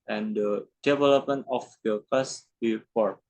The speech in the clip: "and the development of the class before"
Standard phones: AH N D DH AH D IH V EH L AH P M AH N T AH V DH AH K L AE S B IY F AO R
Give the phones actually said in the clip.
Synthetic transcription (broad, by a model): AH N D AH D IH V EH L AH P M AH N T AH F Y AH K AA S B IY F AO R